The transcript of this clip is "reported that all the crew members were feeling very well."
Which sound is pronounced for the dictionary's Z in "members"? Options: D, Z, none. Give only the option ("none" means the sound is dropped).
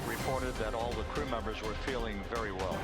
Z